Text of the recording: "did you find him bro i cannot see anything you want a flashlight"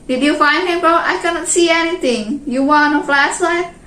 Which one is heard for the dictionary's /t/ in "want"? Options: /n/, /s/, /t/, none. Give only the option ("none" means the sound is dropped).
none